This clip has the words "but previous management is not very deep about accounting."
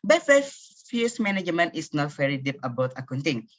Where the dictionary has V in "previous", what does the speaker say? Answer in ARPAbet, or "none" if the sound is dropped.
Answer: F